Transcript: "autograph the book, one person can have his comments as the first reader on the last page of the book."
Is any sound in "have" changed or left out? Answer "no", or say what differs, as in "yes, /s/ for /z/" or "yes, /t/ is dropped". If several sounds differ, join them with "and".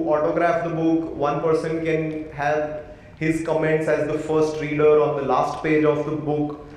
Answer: yes, /p/ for /v/